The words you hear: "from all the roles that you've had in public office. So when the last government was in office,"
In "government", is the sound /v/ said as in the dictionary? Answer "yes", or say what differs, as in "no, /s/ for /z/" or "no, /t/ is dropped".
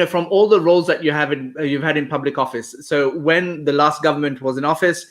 yes